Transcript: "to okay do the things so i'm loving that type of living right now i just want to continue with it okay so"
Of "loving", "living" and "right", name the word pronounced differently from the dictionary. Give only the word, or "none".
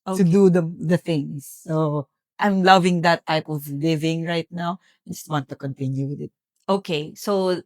none